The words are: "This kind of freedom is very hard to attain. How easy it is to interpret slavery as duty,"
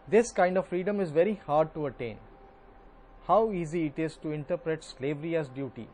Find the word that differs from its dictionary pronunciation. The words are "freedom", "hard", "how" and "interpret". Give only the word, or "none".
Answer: none